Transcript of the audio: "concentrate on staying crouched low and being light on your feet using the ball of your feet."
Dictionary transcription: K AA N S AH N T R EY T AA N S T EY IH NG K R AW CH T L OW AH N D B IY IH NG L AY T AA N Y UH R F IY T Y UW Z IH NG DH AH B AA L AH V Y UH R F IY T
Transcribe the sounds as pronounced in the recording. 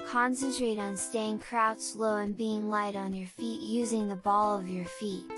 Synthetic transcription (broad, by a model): K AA N S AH N T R EY T N S T EY IH NG K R AW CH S L OW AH N B IY IH NG L AY T N Y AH R F IY T Y UW Z IH NG DH AH B AA L AH V Y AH R F IY T